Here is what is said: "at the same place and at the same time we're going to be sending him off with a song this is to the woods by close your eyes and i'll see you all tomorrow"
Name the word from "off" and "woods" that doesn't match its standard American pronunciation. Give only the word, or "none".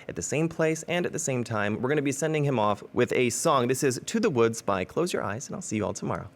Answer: none